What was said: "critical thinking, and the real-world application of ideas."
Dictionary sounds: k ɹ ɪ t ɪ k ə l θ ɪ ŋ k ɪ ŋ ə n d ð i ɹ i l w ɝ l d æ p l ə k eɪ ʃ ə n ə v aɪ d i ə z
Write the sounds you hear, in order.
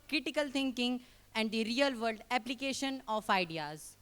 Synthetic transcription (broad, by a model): k ɹ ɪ t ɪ k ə l t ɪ ŋ k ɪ ŋ ə n d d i ɹ i l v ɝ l d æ p l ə k eɪ ʃ ə n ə f aɪ d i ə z